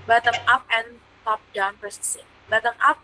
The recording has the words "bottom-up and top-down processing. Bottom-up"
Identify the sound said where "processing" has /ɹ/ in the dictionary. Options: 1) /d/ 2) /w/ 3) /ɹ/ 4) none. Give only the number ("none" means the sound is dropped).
4